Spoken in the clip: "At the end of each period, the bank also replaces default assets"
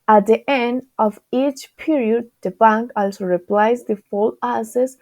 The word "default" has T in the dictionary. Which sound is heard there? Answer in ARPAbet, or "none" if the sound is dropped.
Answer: none